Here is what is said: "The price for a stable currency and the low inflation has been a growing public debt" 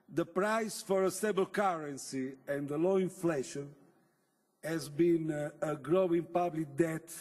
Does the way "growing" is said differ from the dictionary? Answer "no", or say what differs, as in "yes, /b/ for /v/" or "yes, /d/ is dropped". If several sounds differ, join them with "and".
no